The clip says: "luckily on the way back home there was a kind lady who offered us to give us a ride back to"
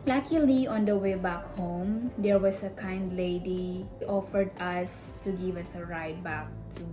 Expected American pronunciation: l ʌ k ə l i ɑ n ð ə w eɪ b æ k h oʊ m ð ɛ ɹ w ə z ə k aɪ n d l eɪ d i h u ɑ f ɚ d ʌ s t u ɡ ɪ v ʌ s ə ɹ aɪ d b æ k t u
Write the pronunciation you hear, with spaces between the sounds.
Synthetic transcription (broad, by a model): l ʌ k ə l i ɑ n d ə w eɪ b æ k h oʊ m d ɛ ɹ w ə s ə k aɪ n d l eɪ d i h ɑ f ɚ d ʌ s t u ɡ ɪ v ʌ s ə ɹ aɪ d b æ k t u